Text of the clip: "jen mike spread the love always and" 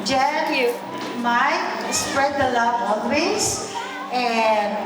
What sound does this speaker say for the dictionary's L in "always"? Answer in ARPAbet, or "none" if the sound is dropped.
N